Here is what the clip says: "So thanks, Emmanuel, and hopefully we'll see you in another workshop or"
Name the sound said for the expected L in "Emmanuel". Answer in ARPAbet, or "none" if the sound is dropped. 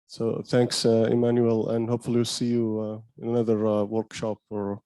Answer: L